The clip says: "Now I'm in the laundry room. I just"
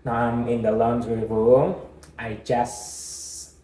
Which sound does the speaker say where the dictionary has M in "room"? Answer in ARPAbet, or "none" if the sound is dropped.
none